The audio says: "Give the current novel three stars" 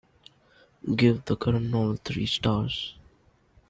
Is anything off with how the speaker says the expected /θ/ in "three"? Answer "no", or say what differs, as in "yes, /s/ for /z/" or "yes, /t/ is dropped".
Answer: yes, /t/ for /θ/